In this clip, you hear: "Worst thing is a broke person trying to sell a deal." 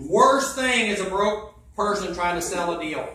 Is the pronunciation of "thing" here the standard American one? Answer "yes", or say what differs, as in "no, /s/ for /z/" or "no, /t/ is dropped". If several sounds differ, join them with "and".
yes